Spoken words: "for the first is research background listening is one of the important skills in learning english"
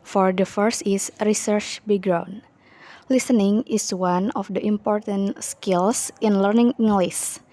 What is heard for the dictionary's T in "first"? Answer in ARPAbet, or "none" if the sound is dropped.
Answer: T